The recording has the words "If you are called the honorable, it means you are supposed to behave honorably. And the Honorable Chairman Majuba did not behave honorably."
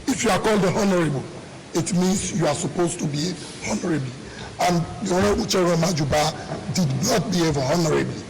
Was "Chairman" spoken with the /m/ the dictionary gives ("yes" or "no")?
no